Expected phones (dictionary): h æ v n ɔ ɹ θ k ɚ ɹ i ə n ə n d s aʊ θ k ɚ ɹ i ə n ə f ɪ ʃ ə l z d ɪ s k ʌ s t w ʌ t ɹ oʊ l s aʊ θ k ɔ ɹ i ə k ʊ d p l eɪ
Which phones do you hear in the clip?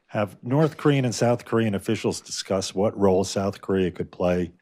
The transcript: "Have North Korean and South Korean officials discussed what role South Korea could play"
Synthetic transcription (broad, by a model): h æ v n ɔ ɹ θ k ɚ ɹ i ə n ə n s aʊ θ k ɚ ɹ i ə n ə f ɪ ʃ l z d ɪ s k ʌ s t w ʌ t ɹ oʊ l s aʊ θ k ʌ ɹ i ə k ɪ d p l eɪ